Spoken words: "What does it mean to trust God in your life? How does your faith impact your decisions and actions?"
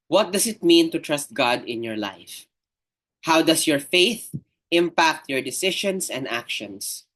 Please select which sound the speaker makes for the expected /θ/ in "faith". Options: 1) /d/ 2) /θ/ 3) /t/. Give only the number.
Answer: 2